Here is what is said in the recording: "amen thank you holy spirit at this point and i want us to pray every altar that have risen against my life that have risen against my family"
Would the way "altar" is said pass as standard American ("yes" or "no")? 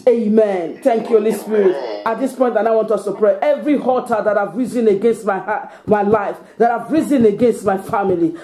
no